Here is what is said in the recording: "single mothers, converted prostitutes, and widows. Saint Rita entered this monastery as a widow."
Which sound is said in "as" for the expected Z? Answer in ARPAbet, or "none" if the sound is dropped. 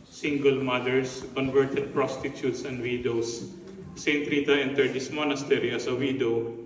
S